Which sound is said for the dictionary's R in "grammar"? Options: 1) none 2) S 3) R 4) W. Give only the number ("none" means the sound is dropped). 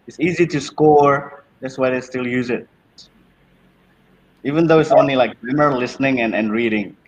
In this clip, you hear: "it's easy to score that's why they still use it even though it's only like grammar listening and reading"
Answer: 1